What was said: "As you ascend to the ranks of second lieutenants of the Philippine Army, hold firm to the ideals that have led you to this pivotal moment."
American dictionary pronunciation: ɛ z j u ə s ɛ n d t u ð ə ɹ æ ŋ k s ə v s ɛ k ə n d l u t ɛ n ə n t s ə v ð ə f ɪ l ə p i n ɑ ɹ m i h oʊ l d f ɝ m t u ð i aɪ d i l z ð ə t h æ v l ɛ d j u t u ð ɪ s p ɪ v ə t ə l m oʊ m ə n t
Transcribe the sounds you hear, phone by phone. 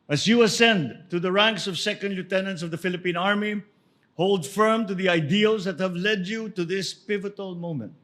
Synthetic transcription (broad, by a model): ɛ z j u ə s ɛ n d t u ð ə ɹ æ ŋ k s ə v s ɛ k ə n d l u t ɛ n ə n t s ə v ð ə f ɪ l ə p i n ɑ ɹ m i h oʊ l d f ɝ m t u ð i aɪ d i l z ð ə t h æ v l ɛ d j u t u ð ɪ s p ɪ v ə t ə l m oʊ m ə n t